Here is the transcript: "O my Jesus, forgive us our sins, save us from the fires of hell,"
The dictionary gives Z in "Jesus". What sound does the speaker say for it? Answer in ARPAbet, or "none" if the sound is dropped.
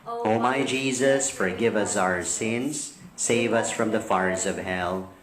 Z